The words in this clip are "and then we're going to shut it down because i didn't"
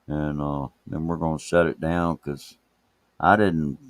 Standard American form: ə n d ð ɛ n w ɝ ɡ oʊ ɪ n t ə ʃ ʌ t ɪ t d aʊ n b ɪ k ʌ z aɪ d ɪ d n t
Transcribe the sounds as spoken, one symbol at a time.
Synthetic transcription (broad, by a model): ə n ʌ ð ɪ n w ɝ ɡ oʊ ɪ n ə s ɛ t ɪ t d aʊ n k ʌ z aɪ d ɪ d n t